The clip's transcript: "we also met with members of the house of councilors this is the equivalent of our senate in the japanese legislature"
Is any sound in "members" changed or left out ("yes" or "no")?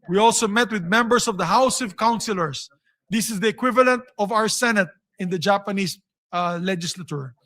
yes